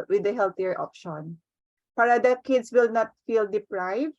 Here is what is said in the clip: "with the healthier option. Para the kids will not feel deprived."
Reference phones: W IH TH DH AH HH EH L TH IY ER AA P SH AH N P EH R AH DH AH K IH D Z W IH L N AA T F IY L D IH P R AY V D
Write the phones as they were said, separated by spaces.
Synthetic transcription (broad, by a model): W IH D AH HH EH L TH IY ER AA P SH AH N P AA R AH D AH K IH D S W IH L N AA T F IY L D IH P R AY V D